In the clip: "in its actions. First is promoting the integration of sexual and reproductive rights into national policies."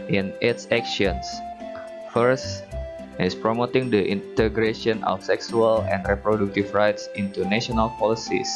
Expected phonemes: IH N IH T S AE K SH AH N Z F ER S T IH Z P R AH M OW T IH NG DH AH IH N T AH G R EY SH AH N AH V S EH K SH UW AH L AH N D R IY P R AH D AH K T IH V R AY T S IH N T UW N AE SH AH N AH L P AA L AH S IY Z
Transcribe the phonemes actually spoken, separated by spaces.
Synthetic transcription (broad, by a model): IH N IH T S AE K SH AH N S F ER S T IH S P R AH M OW T IH NG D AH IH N T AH G R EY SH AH N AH F S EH K S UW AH L AH N D R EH P R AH D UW K T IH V R AY T S IH N T UW N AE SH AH N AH L P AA L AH S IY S